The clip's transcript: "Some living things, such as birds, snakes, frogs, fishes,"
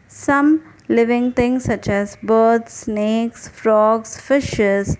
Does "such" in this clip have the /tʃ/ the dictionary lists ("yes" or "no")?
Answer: yes